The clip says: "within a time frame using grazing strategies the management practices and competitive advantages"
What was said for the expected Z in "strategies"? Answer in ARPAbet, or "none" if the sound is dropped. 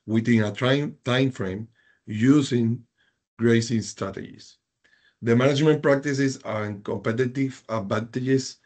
S